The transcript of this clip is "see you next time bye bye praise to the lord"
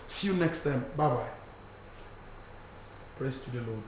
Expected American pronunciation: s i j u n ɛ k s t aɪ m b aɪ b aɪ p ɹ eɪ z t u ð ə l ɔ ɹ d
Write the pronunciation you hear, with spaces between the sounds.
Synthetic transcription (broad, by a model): s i j u n ɛ k s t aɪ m b aɪ b aɪ p ɹ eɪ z t u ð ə l ɔ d